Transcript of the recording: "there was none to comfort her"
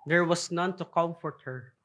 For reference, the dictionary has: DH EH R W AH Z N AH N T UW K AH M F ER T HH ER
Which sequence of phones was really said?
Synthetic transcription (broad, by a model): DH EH R W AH S N AH N T UW K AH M F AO T HH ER